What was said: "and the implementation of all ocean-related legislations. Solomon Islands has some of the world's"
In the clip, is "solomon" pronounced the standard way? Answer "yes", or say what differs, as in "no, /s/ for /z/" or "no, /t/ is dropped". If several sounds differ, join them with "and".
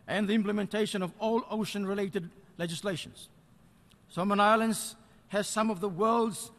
no, /l/ is dropped